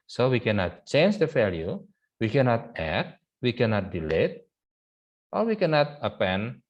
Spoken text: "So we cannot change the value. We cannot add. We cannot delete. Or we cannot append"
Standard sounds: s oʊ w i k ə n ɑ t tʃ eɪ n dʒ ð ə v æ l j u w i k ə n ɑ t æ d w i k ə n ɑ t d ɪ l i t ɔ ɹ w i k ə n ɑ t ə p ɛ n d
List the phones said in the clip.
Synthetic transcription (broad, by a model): s oʊ w i k ə n ɑ t tʃ eɪ n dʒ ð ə f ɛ l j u w i k ə n ɑ t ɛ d w i k ə n ɑ t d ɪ l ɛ t ɔ ɹ w i k ə n ɑ t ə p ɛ n